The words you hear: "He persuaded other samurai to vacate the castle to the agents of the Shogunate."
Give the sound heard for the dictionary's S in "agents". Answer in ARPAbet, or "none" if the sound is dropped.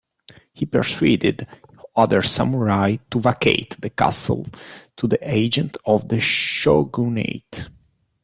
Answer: none